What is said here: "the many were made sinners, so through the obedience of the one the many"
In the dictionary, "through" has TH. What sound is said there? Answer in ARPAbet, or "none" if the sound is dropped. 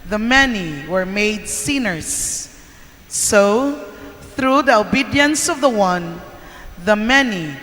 TH